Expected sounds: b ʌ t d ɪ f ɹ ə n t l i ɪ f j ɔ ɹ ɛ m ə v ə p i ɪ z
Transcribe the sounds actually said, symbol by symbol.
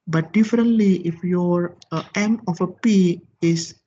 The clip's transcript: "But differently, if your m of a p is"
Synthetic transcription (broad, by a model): b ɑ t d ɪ f ɹ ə n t l i ɪ f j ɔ ɹ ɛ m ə f ə p i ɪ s